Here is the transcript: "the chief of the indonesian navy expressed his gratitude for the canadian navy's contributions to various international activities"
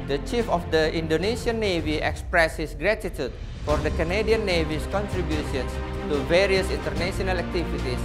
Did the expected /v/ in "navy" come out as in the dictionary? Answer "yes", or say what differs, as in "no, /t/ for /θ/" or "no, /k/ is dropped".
yes